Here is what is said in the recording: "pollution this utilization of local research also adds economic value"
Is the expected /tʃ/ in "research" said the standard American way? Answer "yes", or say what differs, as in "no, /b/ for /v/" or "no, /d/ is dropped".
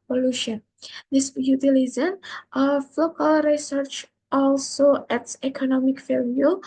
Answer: yes